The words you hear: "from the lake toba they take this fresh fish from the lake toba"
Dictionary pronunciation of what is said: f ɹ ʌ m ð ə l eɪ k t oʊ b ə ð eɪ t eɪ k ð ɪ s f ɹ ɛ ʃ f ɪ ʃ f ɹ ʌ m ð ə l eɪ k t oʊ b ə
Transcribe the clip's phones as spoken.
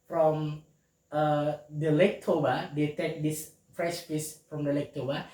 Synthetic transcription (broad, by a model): f ɹ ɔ m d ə l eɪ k t oʊ b ə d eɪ t eɪ k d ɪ s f ɹ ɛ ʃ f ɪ s f ɹ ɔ m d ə l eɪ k t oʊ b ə